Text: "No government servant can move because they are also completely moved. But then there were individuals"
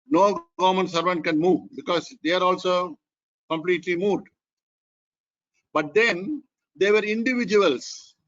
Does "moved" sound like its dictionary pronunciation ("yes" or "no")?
no